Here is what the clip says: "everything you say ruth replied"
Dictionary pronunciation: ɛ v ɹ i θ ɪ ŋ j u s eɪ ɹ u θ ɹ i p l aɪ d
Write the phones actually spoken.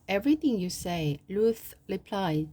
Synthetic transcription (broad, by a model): ɛ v ɹ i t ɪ ŋ j u s eɪ l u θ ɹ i p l aɪ